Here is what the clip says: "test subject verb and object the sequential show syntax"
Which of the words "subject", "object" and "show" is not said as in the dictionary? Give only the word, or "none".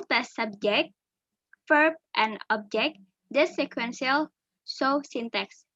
show